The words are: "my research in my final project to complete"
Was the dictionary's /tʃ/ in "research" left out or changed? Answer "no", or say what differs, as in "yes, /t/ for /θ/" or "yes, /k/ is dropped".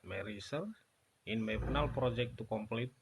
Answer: yes, /tʃ/ is dropped